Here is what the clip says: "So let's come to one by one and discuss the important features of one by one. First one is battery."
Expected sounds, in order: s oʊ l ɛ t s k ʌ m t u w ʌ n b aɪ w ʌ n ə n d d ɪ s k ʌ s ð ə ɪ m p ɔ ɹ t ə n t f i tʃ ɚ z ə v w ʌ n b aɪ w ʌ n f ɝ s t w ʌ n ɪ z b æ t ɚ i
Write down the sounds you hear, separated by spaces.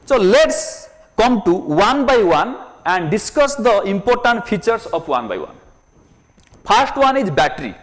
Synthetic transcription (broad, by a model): s oʊ l ɛ t s k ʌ m t u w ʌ n b aɪ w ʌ n ə n d d ɪ s k ʌ s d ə ɪ m p ɔ ɹ t ə n t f i tʃ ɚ s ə p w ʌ n b aɪ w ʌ n p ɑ s t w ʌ n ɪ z b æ t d i